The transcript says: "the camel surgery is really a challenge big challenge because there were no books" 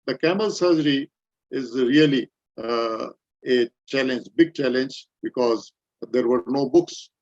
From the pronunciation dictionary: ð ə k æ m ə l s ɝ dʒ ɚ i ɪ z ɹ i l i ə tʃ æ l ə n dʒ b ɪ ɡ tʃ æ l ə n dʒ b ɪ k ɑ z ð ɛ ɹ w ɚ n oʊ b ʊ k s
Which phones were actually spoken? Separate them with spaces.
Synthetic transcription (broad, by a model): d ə k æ m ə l s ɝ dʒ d i ɪ z ɹ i l i ə tʃ æ l ə n dʒ b ɪ ɡ tʃ æ l ə n dʒ b ɪ k ɑ z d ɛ ɹ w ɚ n oʊ b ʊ k s